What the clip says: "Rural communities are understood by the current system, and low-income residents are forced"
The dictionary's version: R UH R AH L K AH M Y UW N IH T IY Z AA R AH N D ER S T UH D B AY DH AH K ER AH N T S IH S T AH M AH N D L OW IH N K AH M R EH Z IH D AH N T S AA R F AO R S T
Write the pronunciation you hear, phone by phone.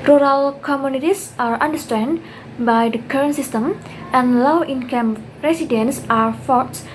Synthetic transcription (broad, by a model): R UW R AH L K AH M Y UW N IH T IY S AA R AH N D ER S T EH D B AY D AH K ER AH N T S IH S T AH M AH N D L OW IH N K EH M R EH S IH D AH N S AA R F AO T S